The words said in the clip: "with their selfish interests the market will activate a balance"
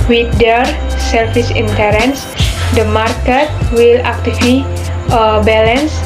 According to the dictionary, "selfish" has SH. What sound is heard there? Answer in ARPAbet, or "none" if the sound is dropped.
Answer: S